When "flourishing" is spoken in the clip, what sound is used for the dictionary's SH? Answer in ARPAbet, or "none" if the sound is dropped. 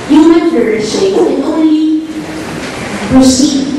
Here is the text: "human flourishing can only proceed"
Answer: none